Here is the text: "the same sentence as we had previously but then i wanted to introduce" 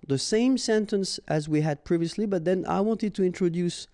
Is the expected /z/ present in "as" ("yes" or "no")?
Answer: yes